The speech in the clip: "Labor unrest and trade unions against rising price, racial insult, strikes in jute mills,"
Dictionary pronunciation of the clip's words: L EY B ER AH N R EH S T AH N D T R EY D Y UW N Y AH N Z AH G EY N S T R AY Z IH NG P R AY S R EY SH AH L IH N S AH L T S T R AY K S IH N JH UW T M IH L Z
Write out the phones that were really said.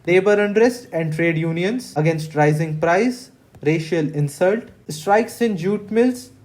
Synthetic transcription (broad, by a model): L EY B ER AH N R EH S T AH N D T R EY D Y UW N Y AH N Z AH G EY N S T R AY Z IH NG P R AY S R EY SH AH L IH N S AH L T S T R AY K S IH N JH UW T M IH L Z